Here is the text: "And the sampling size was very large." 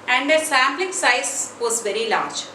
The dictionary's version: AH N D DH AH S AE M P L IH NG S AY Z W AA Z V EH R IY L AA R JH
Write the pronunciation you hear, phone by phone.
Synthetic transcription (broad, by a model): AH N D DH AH S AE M B L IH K S AY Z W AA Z V EH R IY L AA R JH